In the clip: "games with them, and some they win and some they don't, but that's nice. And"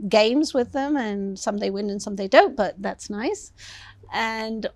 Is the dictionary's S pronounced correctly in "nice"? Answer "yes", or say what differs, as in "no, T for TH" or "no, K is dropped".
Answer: yes